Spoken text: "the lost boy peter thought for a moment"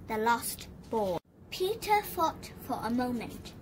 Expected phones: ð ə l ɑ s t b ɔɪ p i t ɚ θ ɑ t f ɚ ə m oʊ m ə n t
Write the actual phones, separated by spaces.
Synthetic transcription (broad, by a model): ð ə l ɑ s t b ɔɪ p i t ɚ f ɑ t f ɚ ə m oʊ m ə n t